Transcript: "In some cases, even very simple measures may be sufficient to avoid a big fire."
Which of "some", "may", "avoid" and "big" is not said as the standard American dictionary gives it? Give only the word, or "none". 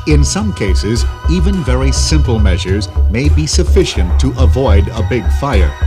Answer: none